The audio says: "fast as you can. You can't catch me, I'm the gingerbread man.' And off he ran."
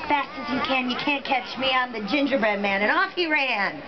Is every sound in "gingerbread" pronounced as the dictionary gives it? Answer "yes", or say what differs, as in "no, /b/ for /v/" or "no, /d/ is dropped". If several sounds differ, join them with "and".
yes